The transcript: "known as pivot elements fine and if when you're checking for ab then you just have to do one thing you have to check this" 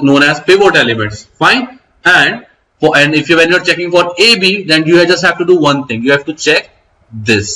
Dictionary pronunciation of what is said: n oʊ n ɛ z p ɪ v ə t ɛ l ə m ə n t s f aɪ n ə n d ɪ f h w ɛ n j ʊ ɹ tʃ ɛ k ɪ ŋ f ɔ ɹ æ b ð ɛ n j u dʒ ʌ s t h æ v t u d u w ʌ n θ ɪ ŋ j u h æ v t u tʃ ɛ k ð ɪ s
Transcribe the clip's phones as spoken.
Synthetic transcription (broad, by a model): n oʊ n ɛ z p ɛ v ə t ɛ l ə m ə n t s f aɪ n ə n d ɪ f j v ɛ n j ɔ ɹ tʃ ɛ k ɪ ŋ f ɔ ɹ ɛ b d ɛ n j u dʒ ʌ s t h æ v t u d u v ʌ n t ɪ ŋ j u h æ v t u tʃ ɛ k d ɪ s